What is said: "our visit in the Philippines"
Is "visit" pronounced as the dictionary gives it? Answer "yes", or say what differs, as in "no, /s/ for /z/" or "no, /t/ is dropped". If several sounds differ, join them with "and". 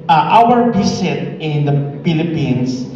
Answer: no, /s/ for /z/